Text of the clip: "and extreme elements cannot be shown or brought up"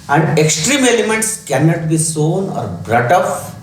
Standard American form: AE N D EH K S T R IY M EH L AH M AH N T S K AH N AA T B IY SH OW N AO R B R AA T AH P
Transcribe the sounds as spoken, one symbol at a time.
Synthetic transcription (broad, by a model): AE N D EH K S T R IY M EH L AH M AH N T S K AH N AA T B IY S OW N AO R B R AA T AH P